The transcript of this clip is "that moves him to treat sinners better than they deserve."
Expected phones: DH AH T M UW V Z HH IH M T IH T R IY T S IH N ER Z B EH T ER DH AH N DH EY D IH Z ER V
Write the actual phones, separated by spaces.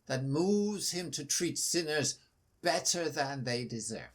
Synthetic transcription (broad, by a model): DH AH T M UW V Z HH IH M T IH T R IY T S IH N ER Z B EH T ER DH AH N DH EY D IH Z ER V